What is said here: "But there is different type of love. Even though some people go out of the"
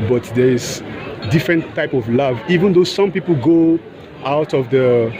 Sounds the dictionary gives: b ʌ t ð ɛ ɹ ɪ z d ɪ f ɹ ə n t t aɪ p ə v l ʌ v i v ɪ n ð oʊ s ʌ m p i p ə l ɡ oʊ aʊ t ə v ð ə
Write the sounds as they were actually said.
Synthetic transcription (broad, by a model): b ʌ t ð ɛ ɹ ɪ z d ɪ f ɹ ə n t t aɪ p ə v l ʌ v i v ɪ n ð oʊ s ʌ m p i p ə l ɡ oʊ aʊ t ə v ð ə